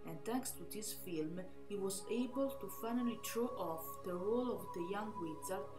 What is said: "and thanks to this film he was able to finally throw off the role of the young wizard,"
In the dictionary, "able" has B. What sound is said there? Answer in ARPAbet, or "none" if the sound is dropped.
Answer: B